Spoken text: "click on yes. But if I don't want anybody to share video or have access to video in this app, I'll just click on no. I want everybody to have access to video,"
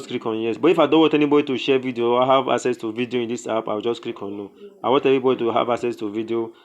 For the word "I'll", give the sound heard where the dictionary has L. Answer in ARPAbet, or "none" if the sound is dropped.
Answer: W